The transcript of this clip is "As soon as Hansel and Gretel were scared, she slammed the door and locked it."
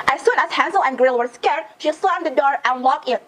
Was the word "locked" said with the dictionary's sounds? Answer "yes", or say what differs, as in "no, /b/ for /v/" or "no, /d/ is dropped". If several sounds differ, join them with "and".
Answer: no, /t/ is dropped